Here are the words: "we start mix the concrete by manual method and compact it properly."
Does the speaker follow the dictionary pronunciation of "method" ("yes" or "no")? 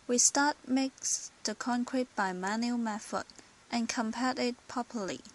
no